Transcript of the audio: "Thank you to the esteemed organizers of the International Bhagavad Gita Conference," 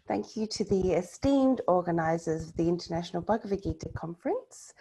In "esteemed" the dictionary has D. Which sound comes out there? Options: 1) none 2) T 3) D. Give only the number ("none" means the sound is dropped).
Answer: 3